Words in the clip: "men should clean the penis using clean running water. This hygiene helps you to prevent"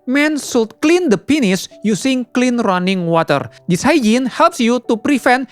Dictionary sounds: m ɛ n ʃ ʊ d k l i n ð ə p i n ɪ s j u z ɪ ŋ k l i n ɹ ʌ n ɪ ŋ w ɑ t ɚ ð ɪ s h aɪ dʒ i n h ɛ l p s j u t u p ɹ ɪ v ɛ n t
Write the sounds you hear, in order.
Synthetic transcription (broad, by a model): m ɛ n s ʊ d k l i n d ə p i n ɪ s j u s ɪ ŋ k l i n ɹ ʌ n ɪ ŋ w ɑ t ɚ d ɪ s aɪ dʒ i n h ɛ l p s j u t u p ɹ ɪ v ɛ n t